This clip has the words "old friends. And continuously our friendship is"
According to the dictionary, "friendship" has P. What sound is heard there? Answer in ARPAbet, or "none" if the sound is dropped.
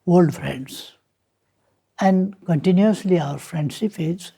F